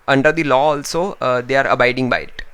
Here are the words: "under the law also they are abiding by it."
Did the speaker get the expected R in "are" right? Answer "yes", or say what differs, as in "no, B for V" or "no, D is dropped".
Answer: yes